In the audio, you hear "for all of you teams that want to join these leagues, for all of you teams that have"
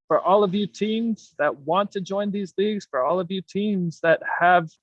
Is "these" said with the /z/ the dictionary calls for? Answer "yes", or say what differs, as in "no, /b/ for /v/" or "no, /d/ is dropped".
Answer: yes